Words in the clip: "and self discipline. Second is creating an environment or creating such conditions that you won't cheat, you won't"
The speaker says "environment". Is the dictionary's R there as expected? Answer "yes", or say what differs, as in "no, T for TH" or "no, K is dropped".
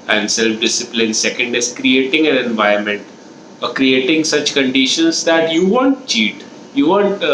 no, R is dropped